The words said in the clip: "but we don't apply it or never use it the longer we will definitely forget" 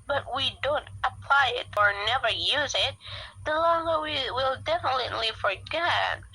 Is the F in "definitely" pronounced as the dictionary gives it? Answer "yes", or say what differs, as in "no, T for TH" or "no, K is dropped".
yes